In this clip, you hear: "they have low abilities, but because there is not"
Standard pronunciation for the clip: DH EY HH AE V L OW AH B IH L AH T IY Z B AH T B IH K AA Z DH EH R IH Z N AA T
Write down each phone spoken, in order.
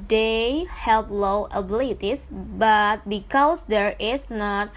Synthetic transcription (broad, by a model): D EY HH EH P L OW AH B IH L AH T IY S B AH T B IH K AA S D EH R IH S N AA T